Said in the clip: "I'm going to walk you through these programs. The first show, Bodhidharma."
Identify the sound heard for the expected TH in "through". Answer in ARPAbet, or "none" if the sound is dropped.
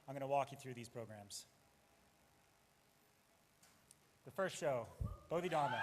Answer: TH